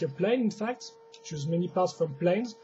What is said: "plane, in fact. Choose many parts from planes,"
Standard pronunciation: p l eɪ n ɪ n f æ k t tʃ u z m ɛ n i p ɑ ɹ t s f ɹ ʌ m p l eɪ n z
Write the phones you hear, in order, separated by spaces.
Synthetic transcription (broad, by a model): p l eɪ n ɪ n f æ k t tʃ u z m ɛ n i p ɑ ɹ t s f ɹ ʌ m p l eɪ n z